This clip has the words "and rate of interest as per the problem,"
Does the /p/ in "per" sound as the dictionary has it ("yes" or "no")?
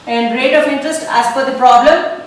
no